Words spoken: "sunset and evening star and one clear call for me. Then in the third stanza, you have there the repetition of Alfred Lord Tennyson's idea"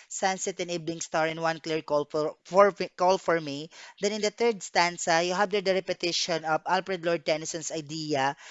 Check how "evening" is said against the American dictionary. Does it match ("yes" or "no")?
no